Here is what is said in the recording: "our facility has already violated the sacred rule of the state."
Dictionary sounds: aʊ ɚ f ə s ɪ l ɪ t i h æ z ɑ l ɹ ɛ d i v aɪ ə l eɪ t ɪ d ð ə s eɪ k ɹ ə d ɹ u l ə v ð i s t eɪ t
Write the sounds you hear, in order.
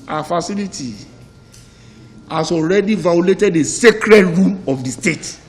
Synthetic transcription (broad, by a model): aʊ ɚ f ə s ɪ l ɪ t i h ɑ s ɑ l ɹ ɛ d i v aɪ ə l eɪ t ɪ d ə s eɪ k ɹ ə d ɹ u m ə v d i s t eɪ t